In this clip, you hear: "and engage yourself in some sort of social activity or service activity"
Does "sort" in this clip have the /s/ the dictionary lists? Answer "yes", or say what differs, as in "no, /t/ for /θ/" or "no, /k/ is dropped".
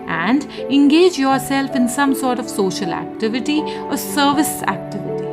yes